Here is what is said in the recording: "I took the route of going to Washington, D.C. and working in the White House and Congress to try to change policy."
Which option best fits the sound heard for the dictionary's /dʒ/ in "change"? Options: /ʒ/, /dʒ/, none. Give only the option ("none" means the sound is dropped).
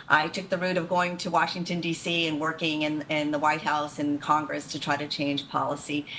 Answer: /ʒ/